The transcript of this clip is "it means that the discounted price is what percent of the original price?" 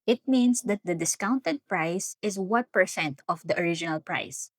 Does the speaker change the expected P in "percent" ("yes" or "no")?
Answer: no